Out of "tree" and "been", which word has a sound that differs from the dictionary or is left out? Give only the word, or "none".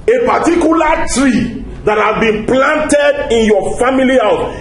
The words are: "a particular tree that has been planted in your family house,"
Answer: none